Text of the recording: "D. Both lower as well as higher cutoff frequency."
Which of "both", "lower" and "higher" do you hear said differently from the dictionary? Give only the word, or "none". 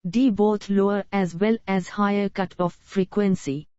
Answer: both